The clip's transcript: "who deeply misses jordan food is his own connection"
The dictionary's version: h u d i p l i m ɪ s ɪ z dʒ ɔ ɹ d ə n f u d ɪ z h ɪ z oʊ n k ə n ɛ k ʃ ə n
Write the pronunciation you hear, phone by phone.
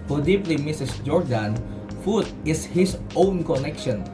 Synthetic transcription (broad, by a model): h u d i p l i m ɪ s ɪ s dʒ ɔ ɹ d ə n f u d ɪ s h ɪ s oʊ n k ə n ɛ k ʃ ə n